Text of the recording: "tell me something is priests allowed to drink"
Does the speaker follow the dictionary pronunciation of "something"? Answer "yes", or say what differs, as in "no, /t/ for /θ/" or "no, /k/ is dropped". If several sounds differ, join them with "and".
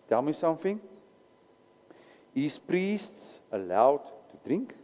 no, /f/ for /θ/